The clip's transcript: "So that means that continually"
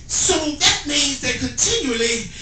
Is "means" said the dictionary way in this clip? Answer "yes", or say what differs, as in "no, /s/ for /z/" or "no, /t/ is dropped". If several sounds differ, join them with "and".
no, /n/ is dropped